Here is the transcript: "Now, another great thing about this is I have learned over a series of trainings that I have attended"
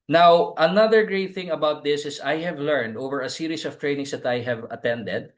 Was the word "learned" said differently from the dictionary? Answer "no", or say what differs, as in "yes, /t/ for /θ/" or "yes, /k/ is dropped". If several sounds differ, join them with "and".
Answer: no